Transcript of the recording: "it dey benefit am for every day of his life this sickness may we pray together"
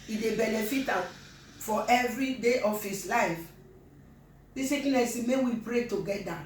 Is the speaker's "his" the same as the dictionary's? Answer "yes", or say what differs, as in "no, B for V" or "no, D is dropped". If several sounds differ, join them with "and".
no, S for Z